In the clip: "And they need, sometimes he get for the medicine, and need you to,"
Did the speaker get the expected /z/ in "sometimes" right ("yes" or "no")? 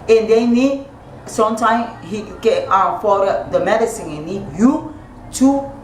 no